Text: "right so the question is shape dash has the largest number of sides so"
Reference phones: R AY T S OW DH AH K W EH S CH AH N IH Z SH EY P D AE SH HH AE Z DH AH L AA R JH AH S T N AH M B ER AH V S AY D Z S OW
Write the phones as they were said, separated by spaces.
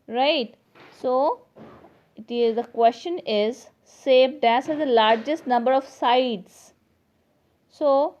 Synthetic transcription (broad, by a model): R AY T S OW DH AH K W EH S CH AH N IH Z S EY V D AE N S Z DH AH L AA R JH AH S T N AH M B ER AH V S AY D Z S OW